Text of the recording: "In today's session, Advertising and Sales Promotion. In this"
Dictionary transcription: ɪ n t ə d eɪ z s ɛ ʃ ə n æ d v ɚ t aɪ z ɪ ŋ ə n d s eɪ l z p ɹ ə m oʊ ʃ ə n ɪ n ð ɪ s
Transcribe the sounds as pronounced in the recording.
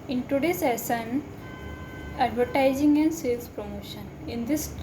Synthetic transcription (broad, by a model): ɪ n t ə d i s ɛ s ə n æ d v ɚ t aɪ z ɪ ŋ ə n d s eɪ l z p ɹ ə m oʊ ʃ ə n ɪ n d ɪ s